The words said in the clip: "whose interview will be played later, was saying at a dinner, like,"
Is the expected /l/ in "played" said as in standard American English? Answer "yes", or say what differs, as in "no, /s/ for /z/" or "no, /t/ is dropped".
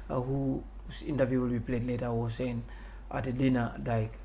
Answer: yes